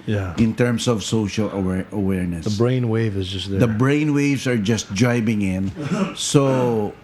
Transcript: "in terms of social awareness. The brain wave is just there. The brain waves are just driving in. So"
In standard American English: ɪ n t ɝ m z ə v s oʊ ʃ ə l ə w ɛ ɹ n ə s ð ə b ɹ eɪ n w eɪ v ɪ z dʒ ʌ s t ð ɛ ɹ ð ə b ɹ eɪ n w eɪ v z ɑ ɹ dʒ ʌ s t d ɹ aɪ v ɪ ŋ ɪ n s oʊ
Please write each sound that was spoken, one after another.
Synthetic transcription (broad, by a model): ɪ n t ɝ m s ə v s oʊ ʃ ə l ə w ɛ ɹ n ə s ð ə b ɹ eɪ n w eɪ v ɪ z dʒ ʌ s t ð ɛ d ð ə b ɹ eɪ n w eɪ v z ɑ ɹ dʒ ʌ s t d ɹ aɪ b ɪ ŋ ɪ n s oʊ